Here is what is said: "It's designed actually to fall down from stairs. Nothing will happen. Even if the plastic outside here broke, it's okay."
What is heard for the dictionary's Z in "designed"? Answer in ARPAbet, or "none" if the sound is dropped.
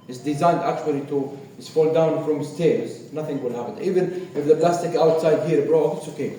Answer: Z